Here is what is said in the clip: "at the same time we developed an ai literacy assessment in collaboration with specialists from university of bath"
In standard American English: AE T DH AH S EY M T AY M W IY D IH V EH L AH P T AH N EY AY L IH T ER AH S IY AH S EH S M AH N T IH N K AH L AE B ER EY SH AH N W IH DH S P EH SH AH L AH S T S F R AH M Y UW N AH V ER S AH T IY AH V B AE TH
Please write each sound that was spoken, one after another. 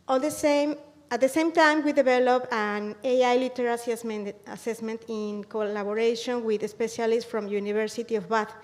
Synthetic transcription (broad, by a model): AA T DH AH S EY M T AY M W IY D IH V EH L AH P AH N EY AY L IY T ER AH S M AH S EH S M AH N T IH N K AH L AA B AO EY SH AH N W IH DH S P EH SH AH L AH S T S F R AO M Y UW N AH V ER S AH T IY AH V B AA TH